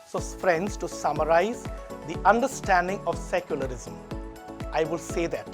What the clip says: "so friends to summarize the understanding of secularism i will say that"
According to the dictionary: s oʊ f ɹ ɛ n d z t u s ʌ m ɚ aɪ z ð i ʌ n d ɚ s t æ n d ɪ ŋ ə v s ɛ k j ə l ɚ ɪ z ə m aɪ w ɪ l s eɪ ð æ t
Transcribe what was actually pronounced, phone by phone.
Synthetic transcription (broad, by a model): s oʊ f ɹ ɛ n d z t u s ʌ m ɚ aɪ z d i ʌ n d ɚ s t æ n d ɪ ŋ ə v s ɛ k j ə l ɚ ɪ z ə m aɪ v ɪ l s eɪ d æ t